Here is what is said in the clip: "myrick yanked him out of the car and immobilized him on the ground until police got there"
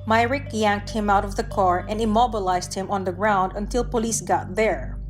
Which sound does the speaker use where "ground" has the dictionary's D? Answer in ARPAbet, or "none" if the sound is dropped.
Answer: D